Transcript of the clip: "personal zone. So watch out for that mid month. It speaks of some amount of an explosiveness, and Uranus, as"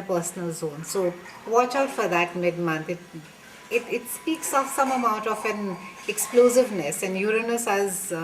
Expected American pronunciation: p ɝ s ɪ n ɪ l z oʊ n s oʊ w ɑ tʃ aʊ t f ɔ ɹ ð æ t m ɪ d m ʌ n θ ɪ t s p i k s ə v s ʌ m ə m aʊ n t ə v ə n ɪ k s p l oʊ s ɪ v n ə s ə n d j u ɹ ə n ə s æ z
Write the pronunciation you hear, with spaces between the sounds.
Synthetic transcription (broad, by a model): p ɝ s n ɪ l z oʊ n s oʊ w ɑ tʃ aʊ t f ɔ ɹ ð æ t m ɪ d m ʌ n t ɪ t s p i k s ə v s ʌ m ə m aʊ n t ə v ə n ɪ k s p l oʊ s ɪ v n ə s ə n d j u ɹ ə n ə s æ z